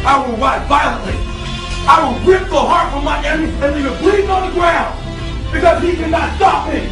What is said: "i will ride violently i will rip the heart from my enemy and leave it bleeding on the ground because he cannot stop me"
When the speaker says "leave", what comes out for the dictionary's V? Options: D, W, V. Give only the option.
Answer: W